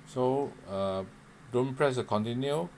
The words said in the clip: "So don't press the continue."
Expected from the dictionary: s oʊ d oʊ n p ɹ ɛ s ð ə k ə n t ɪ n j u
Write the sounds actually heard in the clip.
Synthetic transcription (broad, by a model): s oʊ d oʊ n p ɹ ɛ s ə k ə n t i n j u